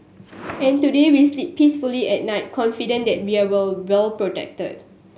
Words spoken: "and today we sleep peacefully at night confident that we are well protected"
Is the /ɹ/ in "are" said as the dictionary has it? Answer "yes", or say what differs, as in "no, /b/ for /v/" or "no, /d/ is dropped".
no, /l/ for /ɹ/